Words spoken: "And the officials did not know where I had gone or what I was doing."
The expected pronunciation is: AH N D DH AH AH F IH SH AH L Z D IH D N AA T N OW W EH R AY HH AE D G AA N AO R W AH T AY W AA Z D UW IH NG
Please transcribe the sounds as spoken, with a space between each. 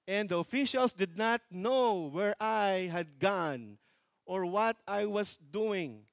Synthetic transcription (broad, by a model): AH N D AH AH F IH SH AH L S D IH D N AA T N OW W EH R AY HH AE D G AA N AO R W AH T AY W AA S D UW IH NG